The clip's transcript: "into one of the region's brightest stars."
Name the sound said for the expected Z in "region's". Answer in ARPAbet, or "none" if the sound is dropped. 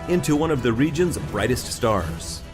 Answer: Z